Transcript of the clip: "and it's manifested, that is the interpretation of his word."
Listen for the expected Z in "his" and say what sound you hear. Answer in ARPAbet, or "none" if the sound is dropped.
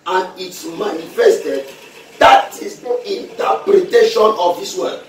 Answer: S